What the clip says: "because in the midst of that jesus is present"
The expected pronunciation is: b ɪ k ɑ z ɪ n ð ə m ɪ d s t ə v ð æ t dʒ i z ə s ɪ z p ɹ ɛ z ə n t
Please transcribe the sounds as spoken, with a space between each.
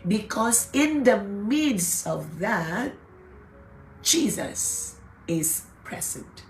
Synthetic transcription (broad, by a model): b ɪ k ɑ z ɪ n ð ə m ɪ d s ə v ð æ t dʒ i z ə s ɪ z p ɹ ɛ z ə n t